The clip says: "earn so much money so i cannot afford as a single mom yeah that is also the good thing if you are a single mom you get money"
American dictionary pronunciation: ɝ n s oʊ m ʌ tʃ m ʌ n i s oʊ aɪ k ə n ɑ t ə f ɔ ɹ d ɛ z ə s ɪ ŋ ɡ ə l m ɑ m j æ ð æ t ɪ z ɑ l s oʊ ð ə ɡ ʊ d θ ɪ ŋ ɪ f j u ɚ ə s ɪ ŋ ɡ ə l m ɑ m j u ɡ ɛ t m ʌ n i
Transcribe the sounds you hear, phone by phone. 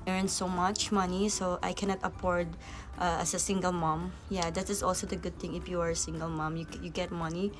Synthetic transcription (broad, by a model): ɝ n s oʊ m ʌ tʃ m ʌ n i s oʊ aɪ k ə n ɑ t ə p ɔ ɹ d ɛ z ə s ɪ ŋ ɡ ə l m ɑ m j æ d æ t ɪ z ɑ l s oʊ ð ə ɡ ʊ d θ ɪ ŋ ɪ f j u ɚ ə s ɪ ŋ ɡ ə l m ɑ m j u ɡ ɛ t m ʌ n i